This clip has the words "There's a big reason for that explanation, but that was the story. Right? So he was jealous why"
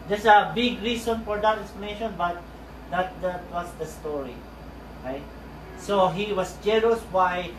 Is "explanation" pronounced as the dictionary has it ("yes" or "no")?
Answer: no